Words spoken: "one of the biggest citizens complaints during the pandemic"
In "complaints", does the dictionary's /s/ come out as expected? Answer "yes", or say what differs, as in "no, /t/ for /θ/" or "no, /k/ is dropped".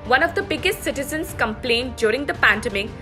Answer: no, /s/ is dropped